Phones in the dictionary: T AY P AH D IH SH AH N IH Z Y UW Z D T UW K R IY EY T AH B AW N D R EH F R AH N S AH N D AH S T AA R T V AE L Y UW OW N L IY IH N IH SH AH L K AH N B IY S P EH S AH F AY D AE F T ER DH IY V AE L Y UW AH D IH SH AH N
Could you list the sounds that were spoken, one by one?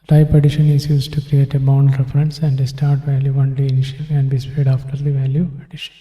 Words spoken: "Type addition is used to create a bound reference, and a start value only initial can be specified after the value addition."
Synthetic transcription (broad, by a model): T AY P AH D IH SH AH N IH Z Y UW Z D T UW K R IY EY T AH B AW N D R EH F R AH N S AH N D AH S T AA R T V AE L Y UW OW N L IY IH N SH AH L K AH N B IY S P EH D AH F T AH T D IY V AE L Y UW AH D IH SH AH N